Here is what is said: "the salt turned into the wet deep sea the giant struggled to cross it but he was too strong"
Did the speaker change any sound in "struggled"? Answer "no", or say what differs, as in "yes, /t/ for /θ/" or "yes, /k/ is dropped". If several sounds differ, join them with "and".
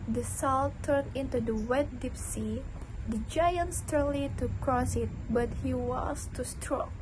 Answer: yes, /ɹ/ is dropped